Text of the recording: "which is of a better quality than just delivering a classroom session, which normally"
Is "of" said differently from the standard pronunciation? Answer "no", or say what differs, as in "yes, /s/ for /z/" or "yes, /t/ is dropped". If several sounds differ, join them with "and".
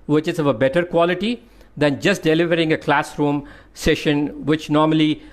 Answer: no